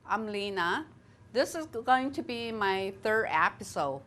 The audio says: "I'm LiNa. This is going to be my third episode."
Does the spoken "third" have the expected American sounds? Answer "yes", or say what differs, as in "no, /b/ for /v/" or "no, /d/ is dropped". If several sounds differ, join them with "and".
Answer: yes